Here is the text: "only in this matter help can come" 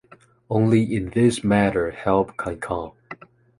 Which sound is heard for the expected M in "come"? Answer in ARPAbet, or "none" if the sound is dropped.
none